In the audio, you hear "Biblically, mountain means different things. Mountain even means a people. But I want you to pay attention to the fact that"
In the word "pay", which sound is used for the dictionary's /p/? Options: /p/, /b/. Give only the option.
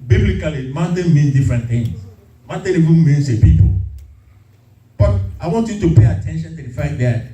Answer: /p/